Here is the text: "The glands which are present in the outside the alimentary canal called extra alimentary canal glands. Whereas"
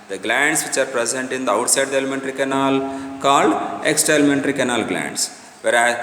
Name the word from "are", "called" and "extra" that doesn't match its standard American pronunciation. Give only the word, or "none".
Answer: extra